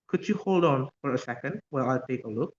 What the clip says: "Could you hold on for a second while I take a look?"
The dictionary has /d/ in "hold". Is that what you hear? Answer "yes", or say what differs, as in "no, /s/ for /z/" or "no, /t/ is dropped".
yes